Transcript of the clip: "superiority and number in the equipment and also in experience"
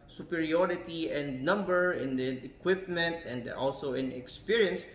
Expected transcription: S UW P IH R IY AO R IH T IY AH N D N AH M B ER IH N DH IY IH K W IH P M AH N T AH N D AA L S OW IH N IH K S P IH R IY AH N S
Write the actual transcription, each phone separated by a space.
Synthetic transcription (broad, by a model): S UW P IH R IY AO R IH T IY AH N D N AH M B ER IH N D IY IH K W IH P M AH N T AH N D AA L S OW IH N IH K S P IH R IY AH N S